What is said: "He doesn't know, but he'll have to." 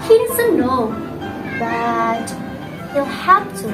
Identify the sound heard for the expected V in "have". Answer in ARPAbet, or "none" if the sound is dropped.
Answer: F